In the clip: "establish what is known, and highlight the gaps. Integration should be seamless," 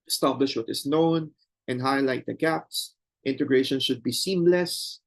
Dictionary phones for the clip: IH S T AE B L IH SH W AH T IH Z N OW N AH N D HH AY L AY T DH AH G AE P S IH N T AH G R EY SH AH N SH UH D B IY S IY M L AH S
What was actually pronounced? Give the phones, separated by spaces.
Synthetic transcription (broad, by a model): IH S T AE B L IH SH W AH T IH S N OW N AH N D HH AY L AY T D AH G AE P S IH N T AH G R EY SH AH N SH UH D B IY S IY M L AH S